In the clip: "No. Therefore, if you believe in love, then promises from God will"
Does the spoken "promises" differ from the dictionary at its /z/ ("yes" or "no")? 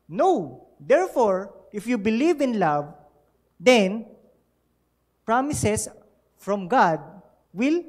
yes